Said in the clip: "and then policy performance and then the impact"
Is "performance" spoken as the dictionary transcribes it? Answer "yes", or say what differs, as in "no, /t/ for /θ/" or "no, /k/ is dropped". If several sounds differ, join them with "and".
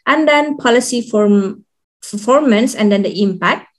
no, /f/ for /p/